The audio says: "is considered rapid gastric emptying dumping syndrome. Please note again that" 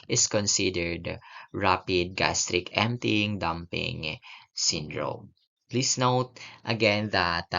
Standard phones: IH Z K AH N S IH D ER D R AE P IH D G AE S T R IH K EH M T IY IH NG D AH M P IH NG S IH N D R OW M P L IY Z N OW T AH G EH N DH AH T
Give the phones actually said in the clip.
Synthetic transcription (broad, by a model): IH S K AH N S IH D ER D R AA P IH D G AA S T R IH K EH M T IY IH NG D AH M P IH NG S IH N D R OW M P L IY S N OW T AH G EH N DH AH T